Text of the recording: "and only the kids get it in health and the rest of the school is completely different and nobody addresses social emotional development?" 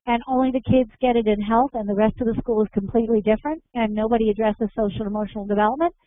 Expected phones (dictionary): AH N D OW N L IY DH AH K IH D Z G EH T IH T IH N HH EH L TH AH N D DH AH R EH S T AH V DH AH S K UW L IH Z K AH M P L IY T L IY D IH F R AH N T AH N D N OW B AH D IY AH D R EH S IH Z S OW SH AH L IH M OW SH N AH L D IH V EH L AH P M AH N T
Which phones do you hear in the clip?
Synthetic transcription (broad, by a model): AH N OW N L IY DH AH K IH D Z G EH T IH T IH N HH EH L TH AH N DH AH R EH S T AH V DH AH S K UW L IH Z K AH M P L IY T L IY D IH F R AH N T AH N N OW B AH D IY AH D R EH S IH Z S OW SH L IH M OW SH N L D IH V EH L AH P M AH N T